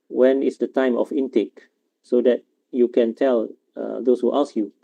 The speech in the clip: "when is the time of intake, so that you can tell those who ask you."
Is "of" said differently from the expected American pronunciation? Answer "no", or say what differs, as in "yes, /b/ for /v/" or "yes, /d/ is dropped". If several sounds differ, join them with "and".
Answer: yes, /f/ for /v/